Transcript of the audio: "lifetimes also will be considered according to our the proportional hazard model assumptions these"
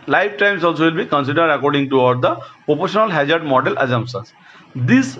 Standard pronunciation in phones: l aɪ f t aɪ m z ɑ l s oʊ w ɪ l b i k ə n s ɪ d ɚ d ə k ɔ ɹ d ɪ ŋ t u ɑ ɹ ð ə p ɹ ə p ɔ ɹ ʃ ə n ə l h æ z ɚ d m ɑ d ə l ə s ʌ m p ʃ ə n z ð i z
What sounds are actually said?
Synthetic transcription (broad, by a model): l aɪ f t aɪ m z ɑ l s oʊ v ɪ l b i k ə n s ɪ d ɚ d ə k ɔ ɹ d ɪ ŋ t u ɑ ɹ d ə p ɹ ə p ɔ ɹ ʃ ə n ə l h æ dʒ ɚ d m ɑ d ə l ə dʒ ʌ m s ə z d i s